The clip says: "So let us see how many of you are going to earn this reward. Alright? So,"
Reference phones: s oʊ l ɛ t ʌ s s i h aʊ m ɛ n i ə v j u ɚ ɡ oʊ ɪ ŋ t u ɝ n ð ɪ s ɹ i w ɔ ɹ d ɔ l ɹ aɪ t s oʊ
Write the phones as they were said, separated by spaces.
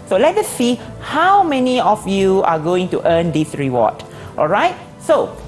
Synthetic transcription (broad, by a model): s oʊ l ɛ t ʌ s s i h aʊ m ɛ n i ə f j u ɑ ɡ oʊ ɪ ŋ t u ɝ n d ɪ s ɹ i w ɔ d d ɔ l ɹ aɪ t s oʊ